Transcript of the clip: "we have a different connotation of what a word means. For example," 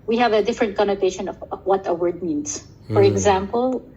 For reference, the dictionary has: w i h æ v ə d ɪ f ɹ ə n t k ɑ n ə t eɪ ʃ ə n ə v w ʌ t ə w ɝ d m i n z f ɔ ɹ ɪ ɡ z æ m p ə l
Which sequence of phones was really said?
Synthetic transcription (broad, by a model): w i h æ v ə d ɪ f ɹ ə n t k ɑ n ə t eɪ ʃ ə n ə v w ʌ t ə w ɝ d m i n s f ɔ ɹ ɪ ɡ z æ m p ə l